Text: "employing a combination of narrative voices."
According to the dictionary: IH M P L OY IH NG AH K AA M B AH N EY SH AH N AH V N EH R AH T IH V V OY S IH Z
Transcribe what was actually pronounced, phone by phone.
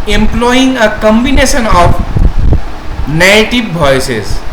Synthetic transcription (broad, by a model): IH M P L OY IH NG AH K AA M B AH N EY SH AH N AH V N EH AH T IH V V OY S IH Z